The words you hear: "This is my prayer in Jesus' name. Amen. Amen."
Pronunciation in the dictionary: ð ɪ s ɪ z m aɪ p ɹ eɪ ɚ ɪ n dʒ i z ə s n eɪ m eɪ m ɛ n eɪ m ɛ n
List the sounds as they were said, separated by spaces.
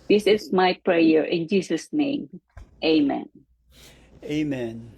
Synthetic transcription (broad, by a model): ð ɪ s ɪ s m aɪ p ɹ eɪ ɚ ɪ n dʒ i s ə s n eɪ m eɪ m ɛ n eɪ m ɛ n